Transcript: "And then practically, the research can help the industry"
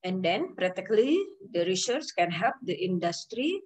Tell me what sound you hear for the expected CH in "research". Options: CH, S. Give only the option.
S